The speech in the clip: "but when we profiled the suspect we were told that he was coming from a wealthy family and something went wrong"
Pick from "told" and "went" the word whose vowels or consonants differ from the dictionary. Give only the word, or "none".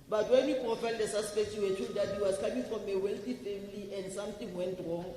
told